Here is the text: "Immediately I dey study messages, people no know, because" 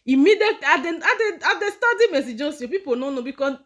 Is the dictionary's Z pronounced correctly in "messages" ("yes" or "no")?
no